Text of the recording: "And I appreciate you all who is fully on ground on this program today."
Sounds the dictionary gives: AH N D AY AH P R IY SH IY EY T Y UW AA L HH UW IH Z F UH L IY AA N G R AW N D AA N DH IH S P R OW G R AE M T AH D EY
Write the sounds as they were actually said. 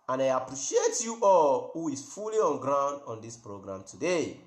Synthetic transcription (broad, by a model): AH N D AY AH P R IY SH IY EY T Y UW AA L HH UW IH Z F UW L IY AA N G R AW N D AA N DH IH S P R OW G R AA M T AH D EY